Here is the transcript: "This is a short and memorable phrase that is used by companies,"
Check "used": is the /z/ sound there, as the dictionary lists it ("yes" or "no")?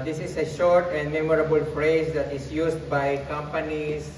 no